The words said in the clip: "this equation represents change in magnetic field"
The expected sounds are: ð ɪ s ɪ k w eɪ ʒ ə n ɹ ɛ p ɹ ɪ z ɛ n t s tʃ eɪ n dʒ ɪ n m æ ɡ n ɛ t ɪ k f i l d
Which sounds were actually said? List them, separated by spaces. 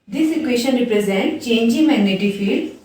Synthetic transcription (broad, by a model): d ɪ s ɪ k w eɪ ʃ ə n ɹ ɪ p ɹ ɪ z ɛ n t tʃ eɪ n dʒ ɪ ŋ m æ ɡ n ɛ t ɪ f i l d